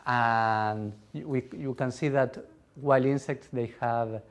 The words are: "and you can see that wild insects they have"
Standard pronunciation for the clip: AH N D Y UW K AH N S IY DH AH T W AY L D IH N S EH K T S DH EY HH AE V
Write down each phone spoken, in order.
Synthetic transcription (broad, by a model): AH N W Y UW K AH N S IY DH AH T W AY L IY N S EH K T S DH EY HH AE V